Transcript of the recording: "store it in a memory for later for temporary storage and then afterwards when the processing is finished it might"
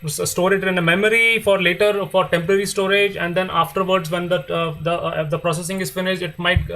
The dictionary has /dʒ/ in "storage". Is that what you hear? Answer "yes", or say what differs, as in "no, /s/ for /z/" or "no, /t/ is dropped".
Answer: yes